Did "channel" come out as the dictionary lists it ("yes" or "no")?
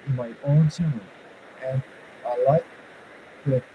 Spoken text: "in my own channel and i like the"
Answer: no